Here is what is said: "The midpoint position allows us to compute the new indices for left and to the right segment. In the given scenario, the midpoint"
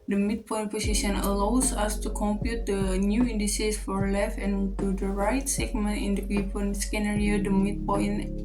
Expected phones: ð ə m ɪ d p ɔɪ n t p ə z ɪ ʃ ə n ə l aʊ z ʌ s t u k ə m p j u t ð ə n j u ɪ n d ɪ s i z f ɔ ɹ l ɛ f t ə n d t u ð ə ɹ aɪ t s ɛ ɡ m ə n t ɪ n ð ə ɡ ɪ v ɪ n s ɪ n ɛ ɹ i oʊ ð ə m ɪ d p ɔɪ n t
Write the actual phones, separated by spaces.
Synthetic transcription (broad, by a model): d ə m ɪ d p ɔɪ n p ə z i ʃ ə n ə l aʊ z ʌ s t u k ə m p j u t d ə n j u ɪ n d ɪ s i s f ɔ ɹ l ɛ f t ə n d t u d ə ɹ aɪ t s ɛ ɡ m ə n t ɪ n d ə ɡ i p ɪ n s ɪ n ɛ ɹ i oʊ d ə m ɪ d p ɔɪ n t